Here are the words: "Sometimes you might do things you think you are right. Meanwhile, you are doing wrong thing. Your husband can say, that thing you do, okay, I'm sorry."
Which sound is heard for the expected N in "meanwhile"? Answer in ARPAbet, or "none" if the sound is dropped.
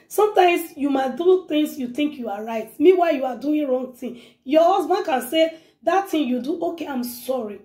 none